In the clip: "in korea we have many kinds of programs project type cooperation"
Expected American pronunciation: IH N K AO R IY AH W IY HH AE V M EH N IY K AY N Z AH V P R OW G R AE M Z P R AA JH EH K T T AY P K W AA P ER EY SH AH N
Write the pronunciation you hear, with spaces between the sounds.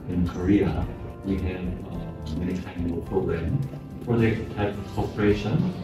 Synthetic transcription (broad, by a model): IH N K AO R IY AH W IY HH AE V M EH N IY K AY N AH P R OW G R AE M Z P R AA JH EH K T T AY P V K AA P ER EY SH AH N